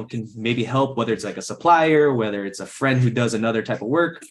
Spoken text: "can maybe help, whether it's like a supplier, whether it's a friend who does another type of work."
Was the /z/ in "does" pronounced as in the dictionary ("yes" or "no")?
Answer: yes